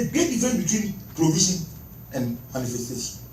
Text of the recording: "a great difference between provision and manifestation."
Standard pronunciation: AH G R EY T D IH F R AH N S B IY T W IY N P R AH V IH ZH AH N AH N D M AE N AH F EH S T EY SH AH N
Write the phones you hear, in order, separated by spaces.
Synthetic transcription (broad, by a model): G EY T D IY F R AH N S B IY T W IY N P R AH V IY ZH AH N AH N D M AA N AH F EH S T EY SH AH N